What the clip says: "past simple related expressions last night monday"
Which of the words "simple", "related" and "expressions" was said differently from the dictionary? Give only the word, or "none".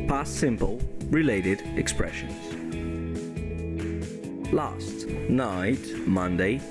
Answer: none